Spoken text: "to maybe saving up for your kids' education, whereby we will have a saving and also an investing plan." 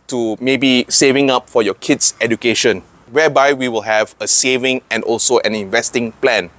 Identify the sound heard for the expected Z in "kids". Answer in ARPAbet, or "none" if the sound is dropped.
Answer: S